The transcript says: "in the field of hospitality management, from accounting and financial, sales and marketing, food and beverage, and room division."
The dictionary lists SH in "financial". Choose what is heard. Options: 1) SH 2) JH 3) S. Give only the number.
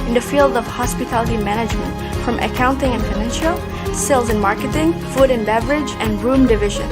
1